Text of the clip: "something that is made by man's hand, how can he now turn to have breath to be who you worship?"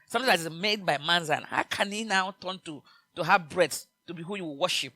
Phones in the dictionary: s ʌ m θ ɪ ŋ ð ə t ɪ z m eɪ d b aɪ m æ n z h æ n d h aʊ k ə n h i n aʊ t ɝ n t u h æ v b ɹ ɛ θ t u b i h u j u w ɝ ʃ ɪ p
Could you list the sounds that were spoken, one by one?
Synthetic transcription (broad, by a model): s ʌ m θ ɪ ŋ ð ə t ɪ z m eɪ d b aɪ m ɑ n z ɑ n h aʊ k ə n h i n aʊ t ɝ n t u h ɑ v b ɹ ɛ s t u b i h u j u w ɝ ʃ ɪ p